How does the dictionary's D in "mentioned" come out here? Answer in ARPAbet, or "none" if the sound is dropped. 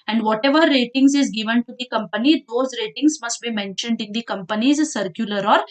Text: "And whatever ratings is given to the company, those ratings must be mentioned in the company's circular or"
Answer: D